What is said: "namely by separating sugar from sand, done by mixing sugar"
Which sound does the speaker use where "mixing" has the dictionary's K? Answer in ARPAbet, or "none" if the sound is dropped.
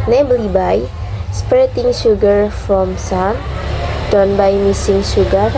none